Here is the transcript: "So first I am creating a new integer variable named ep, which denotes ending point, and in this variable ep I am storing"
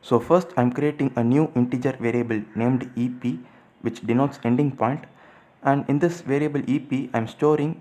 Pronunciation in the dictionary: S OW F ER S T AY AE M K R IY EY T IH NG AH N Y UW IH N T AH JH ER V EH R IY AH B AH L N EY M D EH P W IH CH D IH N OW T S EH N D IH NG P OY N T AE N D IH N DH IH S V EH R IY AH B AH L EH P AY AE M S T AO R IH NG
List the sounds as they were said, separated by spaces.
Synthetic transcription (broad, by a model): S OW F ER S T AY M K R IY EY T IH NG AH N Y UW IH N T AH JH ER V EH R IY AH B AH L N EY M D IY P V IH CH D IH N OW T S EH N D IH NG P OY N T AE N D IH N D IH S V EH R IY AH B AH L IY P AY M S T AO R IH NG